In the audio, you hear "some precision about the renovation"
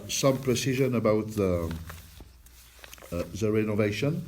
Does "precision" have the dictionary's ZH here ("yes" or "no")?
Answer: yes